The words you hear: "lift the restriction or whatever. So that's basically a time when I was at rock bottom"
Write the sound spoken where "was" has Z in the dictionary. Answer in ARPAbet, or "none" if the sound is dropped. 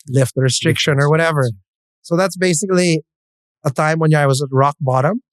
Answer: Z